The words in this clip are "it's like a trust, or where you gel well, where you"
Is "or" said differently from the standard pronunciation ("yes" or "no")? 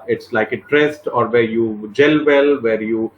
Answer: no